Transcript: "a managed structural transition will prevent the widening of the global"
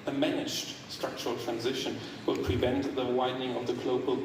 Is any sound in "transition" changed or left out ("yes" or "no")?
no